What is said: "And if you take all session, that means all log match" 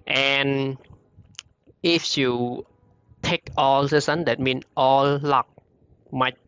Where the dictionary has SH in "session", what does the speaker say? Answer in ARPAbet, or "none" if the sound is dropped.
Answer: S